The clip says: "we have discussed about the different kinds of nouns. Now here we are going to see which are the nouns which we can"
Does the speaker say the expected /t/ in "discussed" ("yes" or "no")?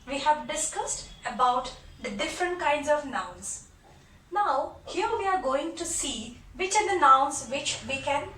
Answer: yes